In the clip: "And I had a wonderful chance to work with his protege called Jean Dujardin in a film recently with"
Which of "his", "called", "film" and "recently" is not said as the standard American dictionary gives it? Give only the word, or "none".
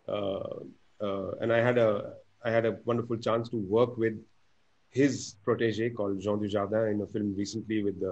none